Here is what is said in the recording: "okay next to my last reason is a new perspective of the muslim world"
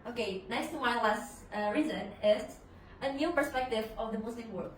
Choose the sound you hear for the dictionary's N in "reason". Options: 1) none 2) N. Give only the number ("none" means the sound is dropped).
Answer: 2